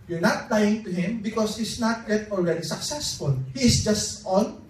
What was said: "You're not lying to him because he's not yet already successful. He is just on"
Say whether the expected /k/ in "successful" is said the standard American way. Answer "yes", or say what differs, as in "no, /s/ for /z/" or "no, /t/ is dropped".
yes